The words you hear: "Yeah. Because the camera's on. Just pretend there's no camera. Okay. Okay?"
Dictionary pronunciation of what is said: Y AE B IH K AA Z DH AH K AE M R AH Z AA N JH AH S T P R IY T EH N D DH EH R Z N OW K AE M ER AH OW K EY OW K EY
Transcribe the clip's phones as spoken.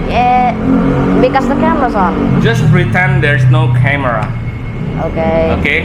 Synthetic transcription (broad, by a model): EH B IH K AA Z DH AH K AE M AH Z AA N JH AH S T P R IY T EH N D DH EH R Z N OW K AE M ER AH OW K EY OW K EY